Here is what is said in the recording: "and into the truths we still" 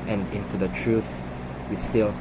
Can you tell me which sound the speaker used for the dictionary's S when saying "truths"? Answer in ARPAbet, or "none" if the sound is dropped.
none